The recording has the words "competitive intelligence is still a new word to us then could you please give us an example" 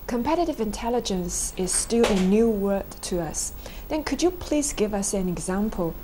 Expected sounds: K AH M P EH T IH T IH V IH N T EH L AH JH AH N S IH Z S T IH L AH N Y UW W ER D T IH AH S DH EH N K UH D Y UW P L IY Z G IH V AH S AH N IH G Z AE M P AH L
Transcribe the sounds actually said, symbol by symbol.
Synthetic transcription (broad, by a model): K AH M P EH T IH T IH V IH N T EH L AH JH AH N S IH Z S T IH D AH N Y UW W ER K T IH AH S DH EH N K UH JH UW P L IY Z G IH V AH S AH N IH G Z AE M P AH L